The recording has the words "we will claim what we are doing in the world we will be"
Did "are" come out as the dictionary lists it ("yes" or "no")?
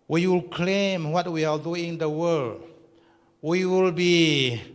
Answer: no